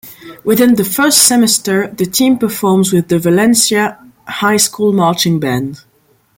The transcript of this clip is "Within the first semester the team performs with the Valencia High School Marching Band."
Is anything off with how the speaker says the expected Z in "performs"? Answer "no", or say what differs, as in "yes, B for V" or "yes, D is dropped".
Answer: no